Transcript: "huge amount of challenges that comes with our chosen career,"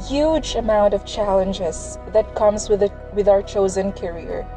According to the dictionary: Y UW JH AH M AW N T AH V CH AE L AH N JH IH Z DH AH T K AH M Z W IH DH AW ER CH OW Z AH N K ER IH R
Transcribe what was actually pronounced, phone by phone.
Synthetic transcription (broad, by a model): Y UW JH AH M AW N T AH V CH AE L AH N JH IH Z DH AH T K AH M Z W IH DH AW ER CH OW Z AH N K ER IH R